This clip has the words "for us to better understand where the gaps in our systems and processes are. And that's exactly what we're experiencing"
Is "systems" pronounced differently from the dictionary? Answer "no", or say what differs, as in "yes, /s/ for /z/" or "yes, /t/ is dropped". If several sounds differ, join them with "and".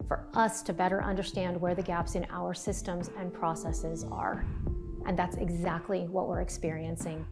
no